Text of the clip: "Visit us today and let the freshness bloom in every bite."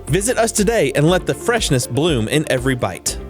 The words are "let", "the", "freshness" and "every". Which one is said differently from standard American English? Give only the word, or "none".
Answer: none